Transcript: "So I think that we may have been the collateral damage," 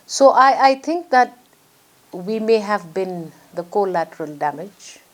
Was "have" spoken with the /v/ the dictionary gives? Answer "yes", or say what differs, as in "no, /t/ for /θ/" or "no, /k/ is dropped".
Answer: yes